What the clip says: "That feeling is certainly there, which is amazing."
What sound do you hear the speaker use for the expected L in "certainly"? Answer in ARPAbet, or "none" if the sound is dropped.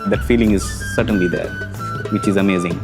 L